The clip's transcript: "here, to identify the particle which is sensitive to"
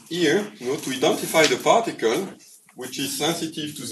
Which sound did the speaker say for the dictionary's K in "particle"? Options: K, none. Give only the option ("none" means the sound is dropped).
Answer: K